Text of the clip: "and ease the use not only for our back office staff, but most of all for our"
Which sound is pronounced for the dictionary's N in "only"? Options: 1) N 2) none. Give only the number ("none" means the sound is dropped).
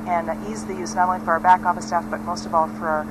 2